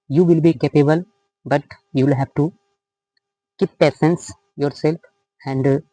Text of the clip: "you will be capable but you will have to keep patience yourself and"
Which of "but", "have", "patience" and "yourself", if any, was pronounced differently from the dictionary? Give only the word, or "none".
patience